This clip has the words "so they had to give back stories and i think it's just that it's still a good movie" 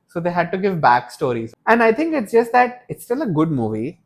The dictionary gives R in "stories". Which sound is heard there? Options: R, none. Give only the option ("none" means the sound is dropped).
R